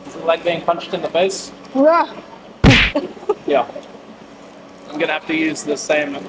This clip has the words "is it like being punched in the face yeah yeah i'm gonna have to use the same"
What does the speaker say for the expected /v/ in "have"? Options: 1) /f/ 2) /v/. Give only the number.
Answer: 1